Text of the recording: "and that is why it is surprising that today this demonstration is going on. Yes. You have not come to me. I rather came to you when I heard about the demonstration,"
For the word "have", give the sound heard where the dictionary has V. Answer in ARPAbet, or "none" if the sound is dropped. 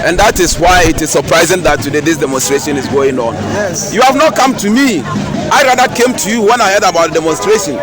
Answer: V